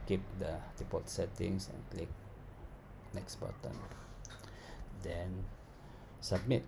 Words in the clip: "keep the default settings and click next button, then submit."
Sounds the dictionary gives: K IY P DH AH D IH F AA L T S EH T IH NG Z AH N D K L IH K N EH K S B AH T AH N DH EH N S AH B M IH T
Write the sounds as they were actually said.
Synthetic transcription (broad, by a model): K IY P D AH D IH P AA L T S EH T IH NG S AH N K L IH K N EH K S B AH T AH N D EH N S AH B M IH T